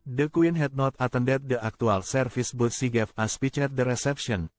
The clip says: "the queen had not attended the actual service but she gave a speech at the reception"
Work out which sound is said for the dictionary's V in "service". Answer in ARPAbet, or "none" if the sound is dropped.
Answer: F